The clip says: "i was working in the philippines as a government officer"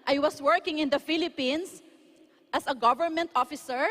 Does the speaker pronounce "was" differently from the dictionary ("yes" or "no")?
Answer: yes